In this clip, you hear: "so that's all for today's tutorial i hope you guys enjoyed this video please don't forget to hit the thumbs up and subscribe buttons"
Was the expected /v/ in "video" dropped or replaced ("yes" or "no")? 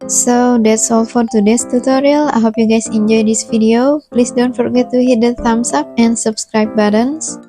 yes